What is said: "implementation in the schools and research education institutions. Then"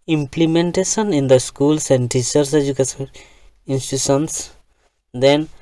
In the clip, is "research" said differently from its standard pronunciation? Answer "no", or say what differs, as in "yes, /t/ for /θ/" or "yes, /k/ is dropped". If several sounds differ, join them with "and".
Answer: yes, /s/ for /tʃ/